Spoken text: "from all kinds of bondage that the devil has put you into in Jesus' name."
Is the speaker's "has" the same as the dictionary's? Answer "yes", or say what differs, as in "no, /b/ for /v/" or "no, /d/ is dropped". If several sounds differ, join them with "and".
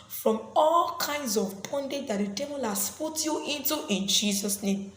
no, /s/ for /z/